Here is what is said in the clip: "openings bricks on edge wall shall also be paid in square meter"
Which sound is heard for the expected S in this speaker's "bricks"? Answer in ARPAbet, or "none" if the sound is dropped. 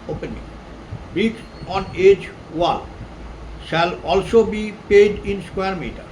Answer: none